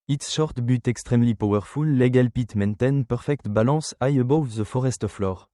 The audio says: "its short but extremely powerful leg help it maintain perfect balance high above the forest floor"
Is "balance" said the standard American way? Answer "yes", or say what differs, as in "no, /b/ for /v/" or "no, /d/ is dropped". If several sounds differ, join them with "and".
no, /n/ is dropped